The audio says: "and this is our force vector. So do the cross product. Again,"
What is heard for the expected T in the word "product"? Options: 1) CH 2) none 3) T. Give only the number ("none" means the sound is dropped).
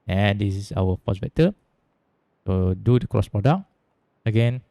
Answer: 2